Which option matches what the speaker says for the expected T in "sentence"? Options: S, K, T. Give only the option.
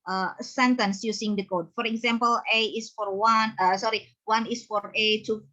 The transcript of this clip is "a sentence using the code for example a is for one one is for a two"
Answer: T